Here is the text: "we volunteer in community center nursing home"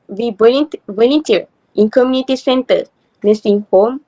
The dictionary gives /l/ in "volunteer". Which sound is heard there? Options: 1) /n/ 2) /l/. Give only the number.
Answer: 1